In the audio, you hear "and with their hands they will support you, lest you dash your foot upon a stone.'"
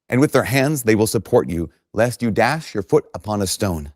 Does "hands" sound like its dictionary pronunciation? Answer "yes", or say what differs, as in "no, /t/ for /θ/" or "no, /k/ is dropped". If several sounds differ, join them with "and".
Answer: yes